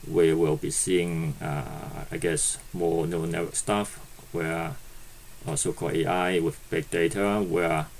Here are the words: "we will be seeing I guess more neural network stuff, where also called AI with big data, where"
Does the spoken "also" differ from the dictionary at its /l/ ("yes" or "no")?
yes